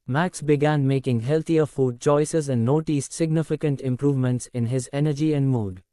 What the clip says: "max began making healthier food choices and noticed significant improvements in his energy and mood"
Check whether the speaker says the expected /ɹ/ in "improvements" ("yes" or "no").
yes